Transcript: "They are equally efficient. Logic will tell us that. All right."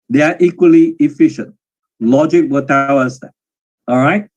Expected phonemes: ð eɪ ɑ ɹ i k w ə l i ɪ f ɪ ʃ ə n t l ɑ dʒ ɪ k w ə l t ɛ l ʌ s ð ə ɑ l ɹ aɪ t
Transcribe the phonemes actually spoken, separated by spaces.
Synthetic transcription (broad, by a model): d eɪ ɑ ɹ i k w ə l i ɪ f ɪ ʃ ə n t l ɑ dʒ ɪ k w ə t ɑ w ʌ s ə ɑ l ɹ aɪ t